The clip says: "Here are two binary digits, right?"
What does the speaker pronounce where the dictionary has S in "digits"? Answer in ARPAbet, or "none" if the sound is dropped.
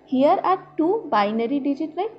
none